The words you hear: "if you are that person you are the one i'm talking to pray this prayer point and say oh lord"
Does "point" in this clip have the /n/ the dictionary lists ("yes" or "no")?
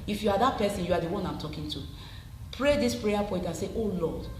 no